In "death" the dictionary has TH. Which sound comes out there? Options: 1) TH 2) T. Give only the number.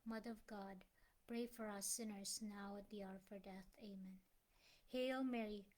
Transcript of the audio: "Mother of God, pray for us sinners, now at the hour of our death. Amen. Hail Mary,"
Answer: 1